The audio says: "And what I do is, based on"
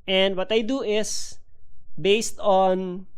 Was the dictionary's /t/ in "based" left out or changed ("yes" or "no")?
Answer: no